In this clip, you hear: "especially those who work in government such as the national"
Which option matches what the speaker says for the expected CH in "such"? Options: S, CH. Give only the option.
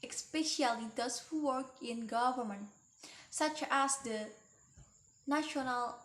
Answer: CH